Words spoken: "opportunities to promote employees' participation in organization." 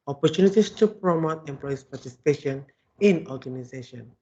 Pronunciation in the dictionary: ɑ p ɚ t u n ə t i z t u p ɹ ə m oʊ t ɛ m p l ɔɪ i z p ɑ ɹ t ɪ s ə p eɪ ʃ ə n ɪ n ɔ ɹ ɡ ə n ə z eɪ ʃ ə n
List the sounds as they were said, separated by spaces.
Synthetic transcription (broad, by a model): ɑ p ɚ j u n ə t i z t u p ɹ ə m oʊ t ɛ m p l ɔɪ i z p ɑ t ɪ s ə p eɪ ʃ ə n ɪ n ɔ ɡ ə n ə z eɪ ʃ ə n